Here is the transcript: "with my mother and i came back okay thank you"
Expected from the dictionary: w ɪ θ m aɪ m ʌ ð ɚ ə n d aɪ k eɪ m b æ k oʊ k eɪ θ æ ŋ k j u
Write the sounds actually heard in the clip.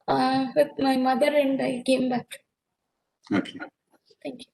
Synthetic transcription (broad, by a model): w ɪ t m aɪ m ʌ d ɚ ə n d aɪ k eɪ m b æ k oʊ k eɪ t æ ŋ k j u